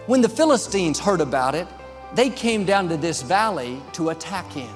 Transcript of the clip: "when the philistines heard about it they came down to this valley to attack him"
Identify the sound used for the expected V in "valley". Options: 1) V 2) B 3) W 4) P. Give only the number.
1